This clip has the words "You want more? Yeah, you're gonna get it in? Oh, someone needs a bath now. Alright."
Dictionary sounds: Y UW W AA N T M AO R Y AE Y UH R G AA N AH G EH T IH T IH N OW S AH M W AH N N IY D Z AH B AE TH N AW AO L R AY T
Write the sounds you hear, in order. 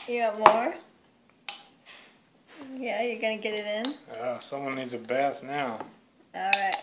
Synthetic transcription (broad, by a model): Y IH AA T M AO R Y AE Y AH R G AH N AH G EH T IH T IH N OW S AH M W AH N N IY D Z AH B AE TH N AW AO L R AY T